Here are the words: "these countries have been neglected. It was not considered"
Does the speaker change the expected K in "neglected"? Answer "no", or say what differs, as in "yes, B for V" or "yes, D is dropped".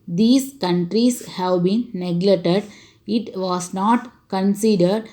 yes, K is dropped